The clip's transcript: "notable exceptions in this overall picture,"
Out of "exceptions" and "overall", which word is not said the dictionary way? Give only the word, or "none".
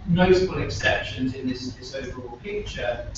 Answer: none